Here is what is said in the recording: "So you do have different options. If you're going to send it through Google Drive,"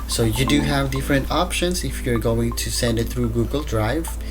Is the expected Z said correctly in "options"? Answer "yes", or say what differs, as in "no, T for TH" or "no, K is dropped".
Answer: no, S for Z